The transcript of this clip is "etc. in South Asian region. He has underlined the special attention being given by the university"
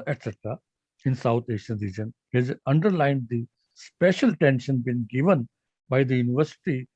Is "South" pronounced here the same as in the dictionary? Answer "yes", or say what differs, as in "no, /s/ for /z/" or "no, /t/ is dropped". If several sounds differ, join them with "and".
no, /t/ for /θ/